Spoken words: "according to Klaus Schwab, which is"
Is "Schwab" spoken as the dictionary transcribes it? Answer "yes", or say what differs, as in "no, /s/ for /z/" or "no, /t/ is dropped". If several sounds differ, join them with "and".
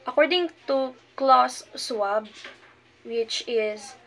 no, /s/ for /ʃ/